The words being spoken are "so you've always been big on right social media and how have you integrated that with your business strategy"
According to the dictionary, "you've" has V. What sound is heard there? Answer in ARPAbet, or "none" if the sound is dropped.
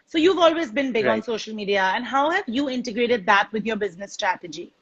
V